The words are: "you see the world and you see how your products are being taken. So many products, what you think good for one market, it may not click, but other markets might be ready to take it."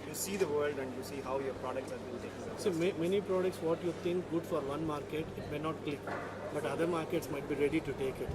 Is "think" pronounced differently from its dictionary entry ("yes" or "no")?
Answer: yes